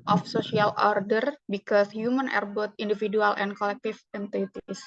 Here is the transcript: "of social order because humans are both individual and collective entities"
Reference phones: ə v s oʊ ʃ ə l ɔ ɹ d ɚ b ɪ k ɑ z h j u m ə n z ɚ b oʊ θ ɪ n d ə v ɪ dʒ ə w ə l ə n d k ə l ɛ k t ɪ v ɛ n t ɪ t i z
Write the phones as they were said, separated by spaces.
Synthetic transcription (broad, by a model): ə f s oʊ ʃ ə l ɔ ɹ d ɚ b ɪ k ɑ s h j u m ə n ɚ b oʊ t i n d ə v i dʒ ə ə l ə n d k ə l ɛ k t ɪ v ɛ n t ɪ t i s